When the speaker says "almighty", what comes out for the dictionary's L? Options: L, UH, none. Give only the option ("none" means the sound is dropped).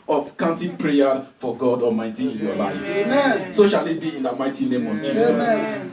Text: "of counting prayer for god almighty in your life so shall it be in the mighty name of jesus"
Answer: none